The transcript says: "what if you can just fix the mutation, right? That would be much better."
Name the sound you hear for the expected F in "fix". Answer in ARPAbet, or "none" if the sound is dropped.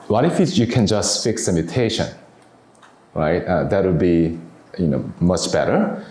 F